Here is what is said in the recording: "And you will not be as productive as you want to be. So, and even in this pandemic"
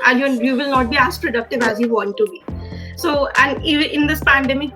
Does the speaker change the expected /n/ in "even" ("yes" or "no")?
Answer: yes